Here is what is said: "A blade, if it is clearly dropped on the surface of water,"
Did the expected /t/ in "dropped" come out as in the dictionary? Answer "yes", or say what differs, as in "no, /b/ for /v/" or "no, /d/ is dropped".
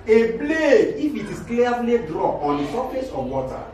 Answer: no, /t/ is dropped